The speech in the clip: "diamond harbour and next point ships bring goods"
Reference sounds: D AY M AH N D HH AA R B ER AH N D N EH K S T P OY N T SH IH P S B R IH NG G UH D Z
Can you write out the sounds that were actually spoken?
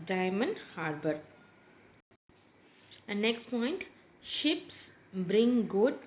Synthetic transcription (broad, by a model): D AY M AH N D HH AA R B ER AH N N EH K S T P OY N T SH IH P S B R IH NG G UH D